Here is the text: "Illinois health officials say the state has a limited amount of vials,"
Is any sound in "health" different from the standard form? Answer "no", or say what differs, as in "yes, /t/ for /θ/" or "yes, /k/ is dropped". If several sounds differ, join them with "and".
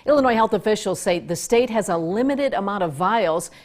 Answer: no